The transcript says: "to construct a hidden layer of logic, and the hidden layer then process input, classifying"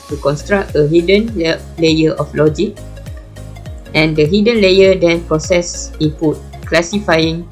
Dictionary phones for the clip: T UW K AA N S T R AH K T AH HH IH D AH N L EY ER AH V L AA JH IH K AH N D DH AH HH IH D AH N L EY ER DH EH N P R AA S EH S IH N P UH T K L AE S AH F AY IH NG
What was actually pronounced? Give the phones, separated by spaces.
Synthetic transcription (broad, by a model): T UW K AA N S T R AH K T AH HH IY D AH N L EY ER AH F L AA JH IH K AH N D AH HH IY D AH N L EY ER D EH N P R AA S EH S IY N P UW T K L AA S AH F AY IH NG